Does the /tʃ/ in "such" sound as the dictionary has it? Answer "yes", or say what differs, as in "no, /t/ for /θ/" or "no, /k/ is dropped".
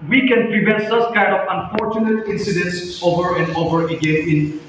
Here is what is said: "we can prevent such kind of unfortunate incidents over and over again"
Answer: no, /s/ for /tʃ/